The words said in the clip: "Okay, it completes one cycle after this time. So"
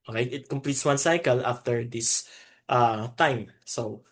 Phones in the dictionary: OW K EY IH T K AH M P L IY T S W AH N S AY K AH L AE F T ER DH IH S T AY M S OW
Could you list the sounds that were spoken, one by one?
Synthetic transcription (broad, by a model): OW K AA IH T K AH M P L IY T S W AH N S AY K AH L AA F T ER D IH S T AY M S OW